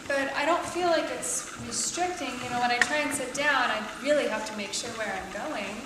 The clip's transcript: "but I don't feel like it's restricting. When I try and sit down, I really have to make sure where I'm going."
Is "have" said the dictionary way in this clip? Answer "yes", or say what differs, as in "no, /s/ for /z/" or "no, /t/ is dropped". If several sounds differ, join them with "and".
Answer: no, /f/ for /v/